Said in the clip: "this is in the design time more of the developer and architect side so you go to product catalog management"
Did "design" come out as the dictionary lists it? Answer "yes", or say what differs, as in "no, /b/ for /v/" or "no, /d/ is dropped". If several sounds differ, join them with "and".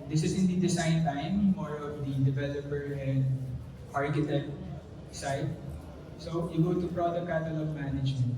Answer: no, /s/ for /z/